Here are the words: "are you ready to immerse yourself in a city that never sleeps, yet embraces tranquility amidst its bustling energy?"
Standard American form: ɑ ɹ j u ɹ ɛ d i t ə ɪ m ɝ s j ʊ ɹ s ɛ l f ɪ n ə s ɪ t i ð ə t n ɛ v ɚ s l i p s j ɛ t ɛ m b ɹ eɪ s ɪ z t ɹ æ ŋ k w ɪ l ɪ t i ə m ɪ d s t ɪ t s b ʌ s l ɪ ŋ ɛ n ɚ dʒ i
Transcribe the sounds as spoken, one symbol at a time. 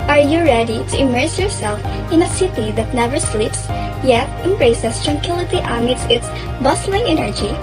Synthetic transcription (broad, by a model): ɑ ɹ j u ɹ ɛ d i t ə ɪ m ɝ s j ʊ ɹ s ɛ l f ɪ n ə s ɪ t i ð ə t n ɛ v ɚ s l i p s j ɛ t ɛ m b ɹ eɪ s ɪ s t ɹ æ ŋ k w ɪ l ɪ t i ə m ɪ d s ɪ t s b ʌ s l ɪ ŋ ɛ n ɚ dʒ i